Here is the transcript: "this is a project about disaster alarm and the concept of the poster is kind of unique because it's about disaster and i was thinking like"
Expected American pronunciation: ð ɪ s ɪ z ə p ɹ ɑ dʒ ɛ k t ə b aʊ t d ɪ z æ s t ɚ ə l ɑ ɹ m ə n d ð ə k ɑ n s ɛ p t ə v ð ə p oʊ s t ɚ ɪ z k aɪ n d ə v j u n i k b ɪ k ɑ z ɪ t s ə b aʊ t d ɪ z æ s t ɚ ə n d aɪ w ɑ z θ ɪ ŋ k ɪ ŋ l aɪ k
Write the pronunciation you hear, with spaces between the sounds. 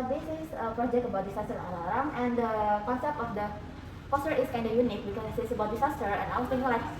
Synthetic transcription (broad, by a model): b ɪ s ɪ s ə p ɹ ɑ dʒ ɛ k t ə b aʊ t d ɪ s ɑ s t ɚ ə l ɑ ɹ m ə n d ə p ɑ s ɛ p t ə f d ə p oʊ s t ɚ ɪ s k aɪ n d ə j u n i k b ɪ k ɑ s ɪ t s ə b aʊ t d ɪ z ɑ s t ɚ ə n aɪ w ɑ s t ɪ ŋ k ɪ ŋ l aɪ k